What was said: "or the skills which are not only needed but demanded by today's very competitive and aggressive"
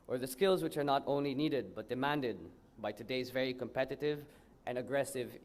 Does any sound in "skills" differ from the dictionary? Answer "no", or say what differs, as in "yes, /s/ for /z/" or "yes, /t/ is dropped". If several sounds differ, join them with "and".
no